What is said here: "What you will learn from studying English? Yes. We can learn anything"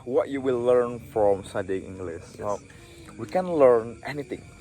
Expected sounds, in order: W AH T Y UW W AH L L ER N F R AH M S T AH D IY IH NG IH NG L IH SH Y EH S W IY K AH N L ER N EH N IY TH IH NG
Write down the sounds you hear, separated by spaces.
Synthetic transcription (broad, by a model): W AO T Y UW W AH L L ER N F R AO M S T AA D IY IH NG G L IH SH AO W IY K AH N L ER N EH N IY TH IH NG